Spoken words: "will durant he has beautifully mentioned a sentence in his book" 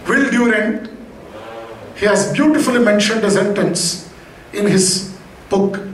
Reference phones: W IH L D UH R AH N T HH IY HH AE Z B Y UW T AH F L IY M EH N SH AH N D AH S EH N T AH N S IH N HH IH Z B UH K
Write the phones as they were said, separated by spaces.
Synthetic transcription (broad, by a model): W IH L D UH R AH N HH IY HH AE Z B Y UW T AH F L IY M EH N SH AH N D AH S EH N T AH N S IH N HH IH Z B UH K